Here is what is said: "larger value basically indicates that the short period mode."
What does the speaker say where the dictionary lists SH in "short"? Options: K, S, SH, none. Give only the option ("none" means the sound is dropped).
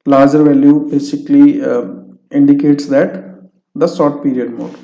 S